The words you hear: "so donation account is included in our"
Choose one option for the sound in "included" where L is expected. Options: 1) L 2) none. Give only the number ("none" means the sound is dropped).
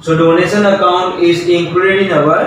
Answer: 2